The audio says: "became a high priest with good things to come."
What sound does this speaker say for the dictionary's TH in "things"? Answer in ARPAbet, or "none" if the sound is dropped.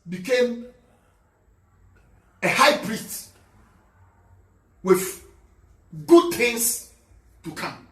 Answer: T